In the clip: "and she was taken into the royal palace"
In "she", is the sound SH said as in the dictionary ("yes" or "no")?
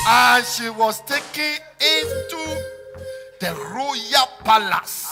yes